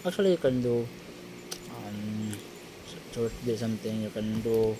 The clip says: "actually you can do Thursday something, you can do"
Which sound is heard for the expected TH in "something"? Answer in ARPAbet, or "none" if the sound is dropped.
T